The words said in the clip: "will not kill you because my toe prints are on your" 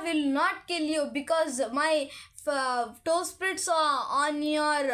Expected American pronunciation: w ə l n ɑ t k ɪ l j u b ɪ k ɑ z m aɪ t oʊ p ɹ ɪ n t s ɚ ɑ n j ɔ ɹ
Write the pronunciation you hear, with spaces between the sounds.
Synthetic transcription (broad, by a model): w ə l n ɑ t k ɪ l j u b ɪ k ɑ z m aɪ t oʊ p ɹ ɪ t s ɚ ɑ n j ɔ ɹ